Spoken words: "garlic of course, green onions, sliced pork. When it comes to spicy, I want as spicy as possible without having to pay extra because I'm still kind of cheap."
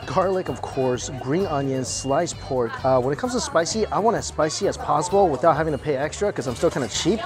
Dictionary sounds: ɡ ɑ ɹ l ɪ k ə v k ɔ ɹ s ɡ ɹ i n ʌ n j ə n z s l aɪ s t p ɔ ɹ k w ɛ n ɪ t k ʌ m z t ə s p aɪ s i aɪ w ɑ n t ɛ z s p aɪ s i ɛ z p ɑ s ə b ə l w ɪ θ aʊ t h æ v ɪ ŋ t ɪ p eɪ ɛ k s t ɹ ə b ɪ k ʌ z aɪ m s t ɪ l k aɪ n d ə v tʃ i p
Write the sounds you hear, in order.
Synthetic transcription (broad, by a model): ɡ ɑ ɹ l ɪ k ə v k ɔ ɹ s ɡ ɹ i n ʌ n j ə n s l aɪ s p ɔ ɹ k w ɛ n ɪ t k ʌ m z t ə s p aɪ s i aɪ w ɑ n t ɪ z s p aɪ s i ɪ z p ɑ s ə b l w ɪ θ aʊ t h æ v ɪ ŋ t ɪ p eɪ ɛ k s t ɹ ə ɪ k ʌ z aɪ m s t ɪ l k aɪ n d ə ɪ tʃ i p